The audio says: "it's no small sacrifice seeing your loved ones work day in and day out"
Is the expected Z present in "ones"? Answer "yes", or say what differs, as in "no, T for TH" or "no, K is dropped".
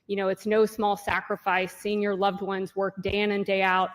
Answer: yes